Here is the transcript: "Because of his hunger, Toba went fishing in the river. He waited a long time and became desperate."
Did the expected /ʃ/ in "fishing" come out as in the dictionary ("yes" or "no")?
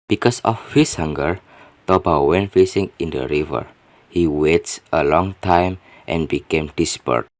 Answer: no